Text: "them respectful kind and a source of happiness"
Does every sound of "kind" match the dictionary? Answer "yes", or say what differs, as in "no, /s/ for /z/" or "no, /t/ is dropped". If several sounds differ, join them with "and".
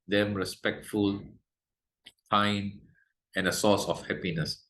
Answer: no, /d/ is dropped